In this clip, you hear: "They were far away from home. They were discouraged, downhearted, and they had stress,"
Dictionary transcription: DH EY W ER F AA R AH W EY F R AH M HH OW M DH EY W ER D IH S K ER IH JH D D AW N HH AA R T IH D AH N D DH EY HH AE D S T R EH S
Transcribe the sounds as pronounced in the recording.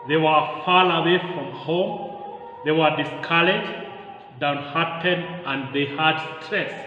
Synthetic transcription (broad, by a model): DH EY W ER F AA L AH W EY F R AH M HH OW M DH EY W ER D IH S K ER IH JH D D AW N HH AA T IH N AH N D DH EY HH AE D S T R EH S